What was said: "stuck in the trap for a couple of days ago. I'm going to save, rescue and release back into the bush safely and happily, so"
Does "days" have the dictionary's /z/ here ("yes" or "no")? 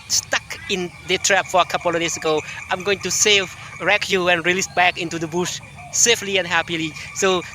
no